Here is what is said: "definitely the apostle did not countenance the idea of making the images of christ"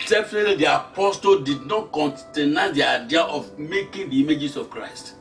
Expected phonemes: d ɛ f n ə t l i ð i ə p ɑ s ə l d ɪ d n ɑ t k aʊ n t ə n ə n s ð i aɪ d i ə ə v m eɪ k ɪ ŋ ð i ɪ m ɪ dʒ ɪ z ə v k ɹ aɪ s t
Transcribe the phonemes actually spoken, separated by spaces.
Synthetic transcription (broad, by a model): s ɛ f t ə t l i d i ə p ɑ s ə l d ɪ d n ɑ t k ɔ n t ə n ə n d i aɪ d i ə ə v m eɪ k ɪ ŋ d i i m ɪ dʒ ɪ s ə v k ɹ aɪ s t